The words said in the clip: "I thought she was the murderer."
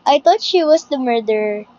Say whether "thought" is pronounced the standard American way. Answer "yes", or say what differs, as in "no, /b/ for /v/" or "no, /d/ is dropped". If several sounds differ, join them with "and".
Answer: no, /t/ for /θ/